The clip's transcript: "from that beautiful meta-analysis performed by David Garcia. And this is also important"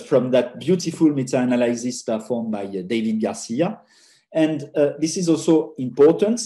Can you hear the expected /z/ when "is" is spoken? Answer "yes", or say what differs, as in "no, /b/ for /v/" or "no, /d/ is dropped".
yes